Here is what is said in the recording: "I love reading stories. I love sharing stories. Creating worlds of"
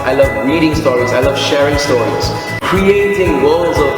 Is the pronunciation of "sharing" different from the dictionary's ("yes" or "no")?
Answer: no